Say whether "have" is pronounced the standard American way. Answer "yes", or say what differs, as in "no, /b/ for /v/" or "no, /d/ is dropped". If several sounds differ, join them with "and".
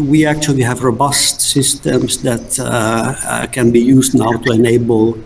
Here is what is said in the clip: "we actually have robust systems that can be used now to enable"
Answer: yes